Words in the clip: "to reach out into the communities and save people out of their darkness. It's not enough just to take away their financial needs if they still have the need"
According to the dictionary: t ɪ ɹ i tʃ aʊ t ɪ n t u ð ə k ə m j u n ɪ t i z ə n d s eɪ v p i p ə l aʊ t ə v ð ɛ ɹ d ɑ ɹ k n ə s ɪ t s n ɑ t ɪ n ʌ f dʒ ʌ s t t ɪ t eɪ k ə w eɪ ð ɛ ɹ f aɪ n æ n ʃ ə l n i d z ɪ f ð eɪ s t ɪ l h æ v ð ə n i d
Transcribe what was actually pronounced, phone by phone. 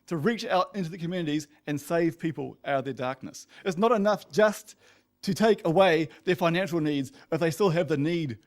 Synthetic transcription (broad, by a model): t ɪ ɹ i tʃ aʊ t ɪ n t u ð ə k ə m j u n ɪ t i z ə n s eɪ v p i p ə l aʊ t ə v ð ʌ ɹ d ɑ ɹ k n ə s ɪ t s n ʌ t ɪ n ʌ f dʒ ʌ s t t ɪ t eɪ k ə w eɪ ð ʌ ɹ f aɪ n æ n ʃ l n i d z ɪ f ð eɪ s t ɪ l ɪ v ð ə n i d